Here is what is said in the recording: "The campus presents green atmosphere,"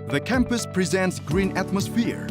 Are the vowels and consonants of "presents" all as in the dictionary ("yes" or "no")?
yes